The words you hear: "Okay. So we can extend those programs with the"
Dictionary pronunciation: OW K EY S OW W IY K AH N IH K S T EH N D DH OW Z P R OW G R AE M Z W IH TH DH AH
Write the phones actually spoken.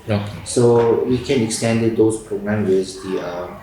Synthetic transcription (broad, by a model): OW K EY S OW W IY K AH N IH K S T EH N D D OW S P R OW G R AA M W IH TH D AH